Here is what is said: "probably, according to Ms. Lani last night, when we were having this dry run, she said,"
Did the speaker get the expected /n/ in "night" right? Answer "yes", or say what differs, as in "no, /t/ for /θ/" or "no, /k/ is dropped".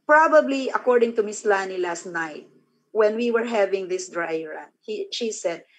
yes